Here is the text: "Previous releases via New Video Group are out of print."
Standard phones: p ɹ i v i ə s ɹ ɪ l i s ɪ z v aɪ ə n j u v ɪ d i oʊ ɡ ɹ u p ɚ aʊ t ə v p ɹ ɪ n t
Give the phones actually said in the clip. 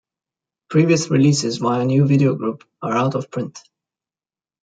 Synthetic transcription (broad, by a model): p ɹ i v i ə s ɹ ɪ l i s ɪ z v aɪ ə n j u v ɪ d i oʊ ɡ ɹ u p ɚ aʊ t ə v p ɹ ɪ n t